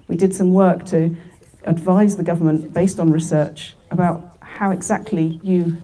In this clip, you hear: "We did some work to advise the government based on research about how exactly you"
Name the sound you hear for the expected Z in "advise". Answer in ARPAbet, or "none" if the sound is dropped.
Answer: Z